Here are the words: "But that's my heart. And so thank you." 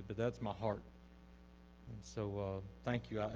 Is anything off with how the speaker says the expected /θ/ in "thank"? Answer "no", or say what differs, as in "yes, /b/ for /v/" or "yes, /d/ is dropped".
no